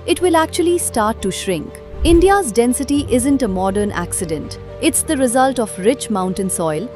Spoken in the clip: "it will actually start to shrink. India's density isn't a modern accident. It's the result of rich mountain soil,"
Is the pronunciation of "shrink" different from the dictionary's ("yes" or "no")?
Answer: no